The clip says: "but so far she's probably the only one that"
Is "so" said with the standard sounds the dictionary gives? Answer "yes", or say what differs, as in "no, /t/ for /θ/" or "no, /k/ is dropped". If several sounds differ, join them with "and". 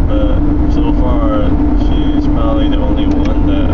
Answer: yes